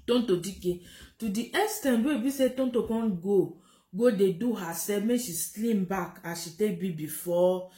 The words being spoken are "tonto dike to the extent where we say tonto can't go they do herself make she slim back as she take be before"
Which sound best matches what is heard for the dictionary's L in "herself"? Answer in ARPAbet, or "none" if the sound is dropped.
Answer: none